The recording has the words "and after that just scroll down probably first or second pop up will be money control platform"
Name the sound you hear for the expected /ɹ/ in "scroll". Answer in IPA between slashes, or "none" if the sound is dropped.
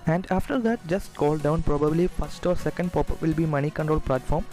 none